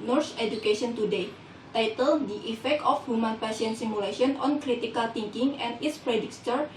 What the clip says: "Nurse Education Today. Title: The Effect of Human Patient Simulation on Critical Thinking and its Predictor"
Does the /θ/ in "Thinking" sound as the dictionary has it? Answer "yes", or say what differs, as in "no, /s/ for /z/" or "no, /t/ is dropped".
no, /t/ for /θ/